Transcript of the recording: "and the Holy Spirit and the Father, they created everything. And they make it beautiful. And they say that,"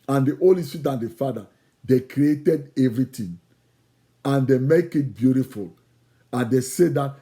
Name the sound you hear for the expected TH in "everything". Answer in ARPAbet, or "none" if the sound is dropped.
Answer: T